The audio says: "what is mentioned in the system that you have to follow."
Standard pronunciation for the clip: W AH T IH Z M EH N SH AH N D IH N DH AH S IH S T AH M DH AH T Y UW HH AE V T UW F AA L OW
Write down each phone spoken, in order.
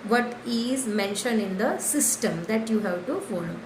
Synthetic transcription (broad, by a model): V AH T IH Z M EH N SH AH N D IH N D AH S IH S T AH M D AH T Y UW HH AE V T UW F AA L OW